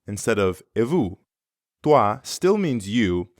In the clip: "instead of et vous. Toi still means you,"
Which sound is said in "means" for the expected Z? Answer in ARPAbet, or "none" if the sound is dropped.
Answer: Z